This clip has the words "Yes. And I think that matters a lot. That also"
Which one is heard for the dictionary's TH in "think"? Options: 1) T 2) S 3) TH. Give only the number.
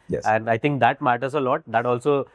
1